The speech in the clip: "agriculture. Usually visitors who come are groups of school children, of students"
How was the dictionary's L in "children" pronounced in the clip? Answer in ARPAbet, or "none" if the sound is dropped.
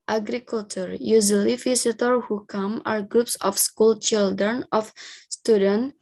L